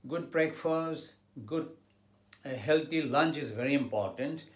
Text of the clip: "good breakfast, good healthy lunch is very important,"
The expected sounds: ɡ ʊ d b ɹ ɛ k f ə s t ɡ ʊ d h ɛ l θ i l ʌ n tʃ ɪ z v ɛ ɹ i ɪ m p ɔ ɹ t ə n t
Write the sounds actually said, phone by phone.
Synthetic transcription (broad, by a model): ɡ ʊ d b ɹ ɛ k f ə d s ɡ ʊ d h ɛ l t i l ʌ n tʃ ɪ z v ɛ ɹ i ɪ m p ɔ ɹ t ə n t